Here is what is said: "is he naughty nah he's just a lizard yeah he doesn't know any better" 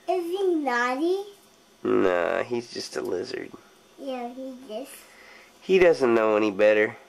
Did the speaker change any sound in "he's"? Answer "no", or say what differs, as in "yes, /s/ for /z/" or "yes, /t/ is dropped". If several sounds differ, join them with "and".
no